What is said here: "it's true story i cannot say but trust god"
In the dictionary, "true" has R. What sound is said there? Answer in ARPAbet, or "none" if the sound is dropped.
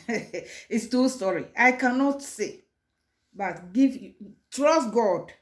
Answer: none